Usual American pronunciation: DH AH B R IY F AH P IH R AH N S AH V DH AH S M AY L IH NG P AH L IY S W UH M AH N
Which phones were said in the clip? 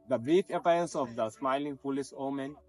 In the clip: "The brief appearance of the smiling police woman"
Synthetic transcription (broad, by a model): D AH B IY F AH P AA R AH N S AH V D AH S M AY L IH NG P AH L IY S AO M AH N